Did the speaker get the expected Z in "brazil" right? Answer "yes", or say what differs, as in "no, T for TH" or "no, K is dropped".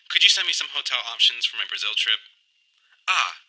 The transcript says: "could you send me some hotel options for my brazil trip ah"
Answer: yes